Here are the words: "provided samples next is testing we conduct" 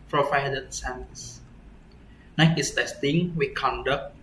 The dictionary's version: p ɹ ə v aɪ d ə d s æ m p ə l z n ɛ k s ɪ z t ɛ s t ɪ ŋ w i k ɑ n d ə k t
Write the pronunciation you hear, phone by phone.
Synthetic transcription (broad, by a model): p ɹ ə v aɪ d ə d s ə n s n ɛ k ɪ s t ɛ s t ɪ ŋ w i k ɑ n d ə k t